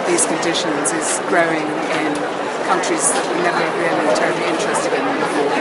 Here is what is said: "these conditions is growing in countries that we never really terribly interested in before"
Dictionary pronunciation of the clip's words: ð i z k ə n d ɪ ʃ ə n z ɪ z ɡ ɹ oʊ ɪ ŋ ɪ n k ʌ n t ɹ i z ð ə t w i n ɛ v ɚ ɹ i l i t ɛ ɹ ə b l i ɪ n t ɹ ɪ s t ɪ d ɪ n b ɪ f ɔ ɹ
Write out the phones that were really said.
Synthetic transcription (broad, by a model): ð i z k ə n d ɪ ʃ ə n z ɪ z ɡ ɹ oʊ ɪ ŋ ɪ n k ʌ n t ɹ i z ð ə t w i n ɛ v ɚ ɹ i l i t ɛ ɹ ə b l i ɪ n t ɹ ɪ s t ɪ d ɪ n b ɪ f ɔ